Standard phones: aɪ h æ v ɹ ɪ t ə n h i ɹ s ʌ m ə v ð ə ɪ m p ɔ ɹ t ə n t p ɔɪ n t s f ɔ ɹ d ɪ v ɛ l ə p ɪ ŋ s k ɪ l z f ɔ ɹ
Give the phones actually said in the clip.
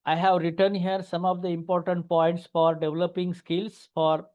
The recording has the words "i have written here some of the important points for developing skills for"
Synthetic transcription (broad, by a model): aɪ h æ v ɹ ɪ t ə n h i ɹ s ʌ m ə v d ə ɪ m p ɔ ɹ t ə n t p ɔɪ n t s f ɔ ɹ d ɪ v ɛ l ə p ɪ ŋ s k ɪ l s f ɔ ɹ